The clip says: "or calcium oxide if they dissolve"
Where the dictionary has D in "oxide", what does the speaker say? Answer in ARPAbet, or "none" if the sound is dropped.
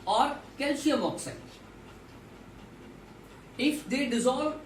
none